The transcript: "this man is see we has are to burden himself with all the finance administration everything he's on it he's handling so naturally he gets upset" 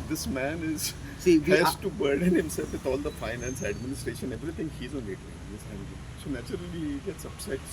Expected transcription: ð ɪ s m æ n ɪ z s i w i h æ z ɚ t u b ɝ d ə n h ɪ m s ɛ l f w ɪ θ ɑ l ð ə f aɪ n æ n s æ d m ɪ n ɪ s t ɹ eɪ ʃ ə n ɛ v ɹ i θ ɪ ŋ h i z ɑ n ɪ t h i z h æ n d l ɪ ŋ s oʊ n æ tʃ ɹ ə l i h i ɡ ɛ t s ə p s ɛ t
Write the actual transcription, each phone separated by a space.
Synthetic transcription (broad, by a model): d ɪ s m æ n ɪ z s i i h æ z t u b ɝ d ə n h ɪ m s ɛ l f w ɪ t ɑ l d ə f aɪ n æ n s æ d m ɪ n ɪ s t ɹ eɪ ʃ ə n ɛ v ɹ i t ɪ ŋ h i z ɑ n ɪ t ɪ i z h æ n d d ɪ s oʊ n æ tʃ ə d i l i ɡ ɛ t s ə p s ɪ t